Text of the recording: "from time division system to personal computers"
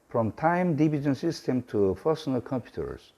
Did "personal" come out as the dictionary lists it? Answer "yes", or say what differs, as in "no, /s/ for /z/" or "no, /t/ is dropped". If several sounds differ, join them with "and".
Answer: no, /f/ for /p/